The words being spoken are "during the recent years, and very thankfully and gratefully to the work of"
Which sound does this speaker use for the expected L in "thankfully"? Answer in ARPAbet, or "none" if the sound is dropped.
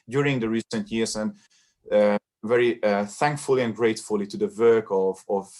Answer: L